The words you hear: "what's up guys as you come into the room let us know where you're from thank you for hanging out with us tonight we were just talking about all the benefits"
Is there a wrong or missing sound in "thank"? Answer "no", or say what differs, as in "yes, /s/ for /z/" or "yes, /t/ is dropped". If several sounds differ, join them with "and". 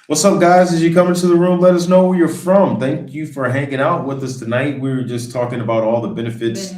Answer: no